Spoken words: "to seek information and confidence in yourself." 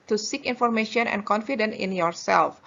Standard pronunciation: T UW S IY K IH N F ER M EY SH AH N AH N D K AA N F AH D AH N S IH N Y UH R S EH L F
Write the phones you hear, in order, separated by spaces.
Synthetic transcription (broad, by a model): T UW S IY K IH N F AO M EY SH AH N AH N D K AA N F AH D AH N IH N Y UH R S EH L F